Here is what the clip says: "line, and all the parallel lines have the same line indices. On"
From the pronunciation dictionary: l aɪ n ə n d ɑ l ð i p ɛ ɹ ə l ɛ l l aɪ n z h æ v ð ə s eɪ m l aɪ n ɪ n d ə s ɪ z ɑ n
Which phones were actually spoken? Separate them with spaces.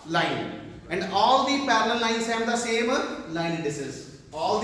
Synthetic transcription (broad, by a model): l aɪ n ə n d ɑ l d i p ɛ ɹ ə l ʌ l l aɪ n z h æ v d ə s eɪ m l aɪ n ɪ d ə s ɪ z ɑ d